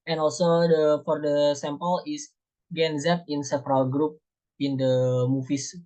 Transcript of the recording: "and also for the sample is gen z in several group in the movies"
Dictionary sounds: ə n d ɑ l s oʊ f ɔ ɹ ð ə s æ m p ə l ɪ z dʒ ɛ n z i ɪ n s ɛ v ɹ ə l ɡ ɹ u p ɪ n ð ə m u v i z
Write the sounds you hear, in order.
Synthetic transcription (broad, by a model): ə n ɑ l s oʊ f ɔ ɹ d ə s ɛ m p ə l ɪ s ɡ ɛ n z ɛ ɪ n s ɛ p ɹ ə l ɡ ɹ u p ɪ n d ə m u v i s